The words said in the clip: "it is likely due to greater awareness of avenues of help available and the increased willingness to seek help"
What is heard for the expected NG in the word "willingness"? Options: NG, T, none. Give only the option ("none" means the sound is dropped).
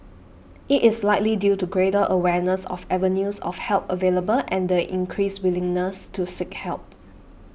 NG